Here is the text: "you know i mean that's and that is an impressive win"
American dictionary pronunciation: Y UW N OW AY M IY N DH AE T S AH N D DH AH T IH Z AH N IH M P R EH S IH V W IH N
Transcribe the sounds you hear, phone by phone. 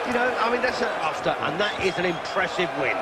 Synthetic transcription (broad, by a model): Y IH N OW AY M IY N DH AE T S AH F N DH AH T IH Z AH N IH M P R EH S IH V W IH N